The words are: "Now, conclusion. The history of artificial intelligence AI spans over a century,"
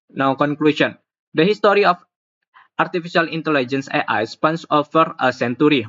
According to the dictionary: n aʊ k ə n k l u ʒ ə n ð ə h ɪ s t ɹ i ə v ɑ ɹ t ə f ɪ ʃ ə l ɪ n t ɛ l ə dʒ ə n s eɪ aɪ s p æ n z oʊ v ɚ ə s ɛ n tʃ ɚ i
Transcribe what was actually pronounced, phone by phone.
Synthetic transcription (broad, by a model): n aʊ k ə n k l u s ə n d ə h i s t ɹ i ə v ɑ ɹ t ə f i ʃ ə l ɪ n t ɛ l ə dʒ ə n s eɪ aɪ s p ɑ n s oʊ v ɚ ə s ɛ n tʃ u i